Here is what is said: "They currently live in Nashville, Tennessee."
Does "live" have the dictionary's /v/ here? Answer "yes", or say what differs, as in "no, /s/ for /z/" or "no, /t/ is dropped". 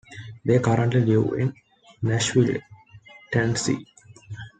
no, /v/ is dropped